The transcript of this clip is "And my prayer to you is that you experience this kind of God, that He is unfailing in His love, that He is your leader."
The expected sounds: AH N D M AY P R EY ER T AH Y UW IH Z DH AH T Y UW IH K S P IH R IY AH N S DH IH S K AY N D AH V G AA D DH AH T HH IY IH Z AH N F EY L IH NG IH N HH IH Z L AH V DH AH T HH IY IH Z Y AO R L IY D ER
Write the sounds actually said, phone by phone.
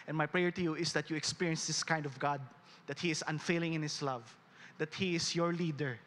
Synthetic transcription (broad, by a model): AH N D M AY P R EY ER T AH Y UW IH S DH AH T Y UW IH K S P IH R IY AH N S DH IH S K AY N D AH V G AA D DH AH T HH IY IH S AH N F EY L IH NG IH N HH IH S L AH V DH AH T HH IY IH S Y AO R L IY D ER